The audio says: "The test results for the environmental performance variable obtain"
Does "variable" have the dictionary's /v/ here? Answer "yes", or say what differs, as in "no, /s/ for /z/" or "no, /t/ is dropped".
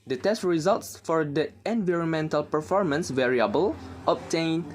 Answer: yes